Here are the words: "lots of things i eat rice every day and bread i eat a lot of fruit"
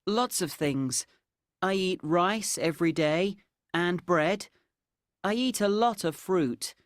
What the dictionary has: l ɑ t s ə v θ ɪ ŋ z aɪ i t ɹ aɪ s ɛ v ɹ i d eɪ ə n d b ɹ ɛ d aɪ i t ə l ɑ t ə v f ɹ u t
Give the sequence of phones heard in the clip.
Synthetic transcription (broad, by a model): l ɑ t s ə v θ ɪ ŋ z aɪ i t ɹ aɪ s ɛ v ɹ i d eɪ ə n b ɹ ɛ d aɪ i t ə l ɑ t ə v f ɹ u t